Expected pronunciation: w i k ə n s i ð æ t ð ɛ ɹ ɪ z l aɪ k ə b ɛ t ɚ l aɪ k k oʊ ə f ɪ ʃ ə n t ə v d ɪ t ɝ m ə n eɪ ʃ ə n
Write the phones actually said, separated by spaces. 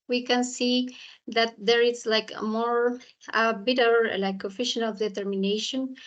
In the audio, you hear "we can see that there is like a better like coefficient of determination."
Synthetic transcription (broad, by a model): w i k ə n s i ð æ t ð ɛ ɹ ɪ s l aɪ k ə b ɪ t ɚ l aɪ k k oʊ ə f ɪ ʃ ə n ə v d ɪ t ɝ m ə n eɪ ʃ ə n